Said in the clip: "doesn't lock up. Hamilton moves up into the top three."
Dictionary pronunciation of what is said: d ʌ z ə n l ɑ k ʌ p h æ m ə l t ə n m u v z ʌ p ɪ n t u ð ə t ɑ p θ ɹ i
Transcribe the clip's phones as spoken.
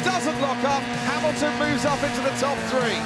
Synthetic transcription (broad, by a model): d ʌ z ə n l ɑ k ʌ p h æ m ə l t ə n m u v z ʌ p ɪ n t u ð ə t ɑ p θ ɹ i